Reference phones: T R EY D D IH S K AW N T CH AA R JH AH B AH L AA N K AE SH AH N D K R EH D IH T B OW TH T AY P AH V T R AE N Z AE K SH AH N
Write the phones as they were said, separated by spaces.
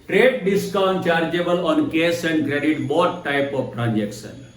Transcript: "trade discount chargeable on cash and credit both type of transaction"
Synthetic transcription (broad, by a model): T R EY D D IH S K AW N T CH AA R JH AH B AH L AA N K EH S AH N D K R EH D IH T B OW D T AY P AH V T R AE N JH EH K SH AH N